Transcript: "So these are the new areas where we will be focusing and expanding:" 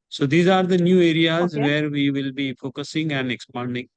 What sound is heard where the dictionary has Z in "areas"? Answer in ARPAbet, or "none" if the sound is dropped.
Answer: Z